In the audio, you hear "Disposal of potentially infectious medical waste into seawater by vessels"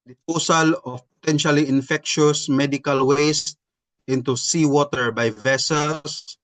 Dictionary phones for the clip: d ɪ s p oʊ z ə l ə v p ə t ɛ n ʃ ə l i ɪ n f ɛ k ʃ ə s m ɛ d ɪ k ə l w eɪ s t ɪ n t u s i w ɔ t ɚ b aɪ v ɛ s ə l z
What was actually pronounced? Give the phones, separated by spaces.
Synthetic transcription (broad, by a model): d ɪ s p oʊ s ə l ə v p ə t ɛ n ʃ ə l i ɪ n f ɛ k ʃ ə s m ɛ d ɪ k ə l w eɪ s t ɪ n t u s i w ɔ t ɚ b aɪ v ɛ s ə l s